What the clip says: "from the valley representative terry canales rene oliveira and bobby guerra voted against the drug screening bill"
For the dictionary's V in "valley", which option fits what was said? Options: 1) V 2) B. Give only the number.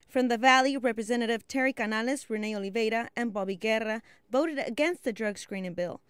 1